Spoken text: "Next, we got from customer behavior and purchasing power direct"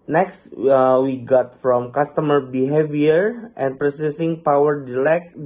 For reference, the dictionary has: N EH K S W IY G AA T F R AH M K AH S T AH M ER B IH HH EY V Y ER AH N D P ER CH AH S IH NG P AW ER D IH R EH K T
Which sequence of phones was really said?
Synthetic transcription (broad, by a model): N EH K S W IY G AA T F R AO M K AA S T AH M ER B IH HH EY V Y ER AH N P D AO S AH S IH NG P AW ER D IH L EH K